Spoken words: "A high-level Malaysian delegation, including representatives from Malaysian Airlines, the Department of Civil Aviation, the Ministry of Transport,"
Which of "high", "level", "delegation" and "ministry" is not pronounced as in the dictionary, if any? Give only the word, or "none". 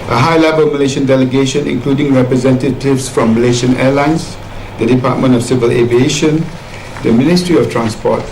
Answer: none